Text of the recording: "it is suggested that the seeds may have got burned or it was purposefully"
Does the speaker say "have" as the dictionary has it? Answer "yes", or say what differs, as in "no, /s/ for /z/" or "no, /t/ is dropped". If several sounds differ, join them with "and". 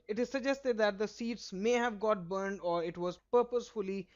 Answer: yes